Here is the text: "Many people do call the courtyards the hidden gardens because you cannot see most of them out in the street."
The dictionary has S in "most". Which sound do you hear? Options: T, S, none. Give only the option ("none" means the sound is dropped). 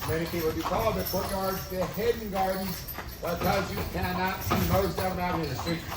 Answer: none